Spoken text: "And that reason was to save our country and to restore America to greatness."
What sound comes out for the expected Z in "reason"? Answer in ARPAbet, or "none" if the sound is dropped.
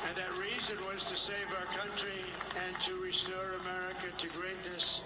Z